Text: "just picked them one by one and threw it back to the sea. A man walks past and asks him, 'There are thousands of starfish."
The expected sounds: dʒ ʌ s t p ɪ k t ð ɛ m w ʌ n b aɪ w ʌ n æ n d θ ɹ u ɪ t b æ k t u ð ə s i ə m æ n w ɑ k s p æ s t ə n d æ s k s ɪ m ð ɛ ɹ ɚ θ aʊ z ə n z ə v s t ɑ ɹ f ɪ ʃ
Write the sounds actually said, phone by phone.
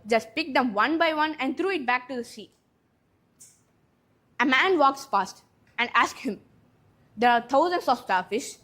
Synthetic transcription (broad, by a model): dʒ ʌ s t p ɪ k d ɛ m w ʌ n b aɪ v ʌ n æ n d t ɹ u ɪ t b æ k t u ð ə s i ə m æ n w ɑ k s f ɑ s t ə n d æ s k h ɪ m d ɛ ɹ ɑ t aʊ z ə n s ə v s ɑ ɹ f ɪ ʃ